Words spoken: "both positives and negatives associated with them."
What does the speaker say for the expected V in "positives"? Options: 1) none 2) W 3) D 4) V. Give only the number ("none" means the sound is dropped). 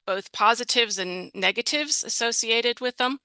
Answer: 4